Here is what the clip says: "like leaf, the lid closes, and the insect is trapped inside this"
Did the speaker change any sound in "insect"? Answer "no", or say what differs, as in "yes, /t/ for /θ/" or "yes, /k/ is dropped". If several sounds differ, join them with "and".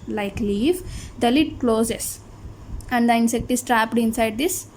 no